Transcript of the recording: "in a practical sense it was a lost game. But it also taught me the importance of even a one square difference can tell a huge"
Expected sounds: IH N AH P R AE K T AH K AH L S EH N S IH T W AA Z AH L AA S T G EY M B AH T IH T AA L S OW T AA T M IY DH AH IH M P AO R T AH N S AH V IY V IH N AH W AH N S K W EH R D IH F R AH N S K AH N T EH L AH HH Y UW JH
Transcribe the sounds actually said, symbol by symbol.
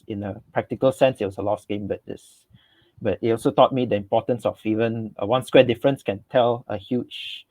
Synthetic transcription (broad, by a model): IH N AH P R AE K T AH K AH L S EH N S IH T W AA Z AH L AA S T G EY M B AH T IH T AA L S OW T AA T M IY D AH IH M P AO T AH N S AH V IY V IH N AH W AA N S K W EH D IH F R AH N S K AH N T EH L AH HH Y UW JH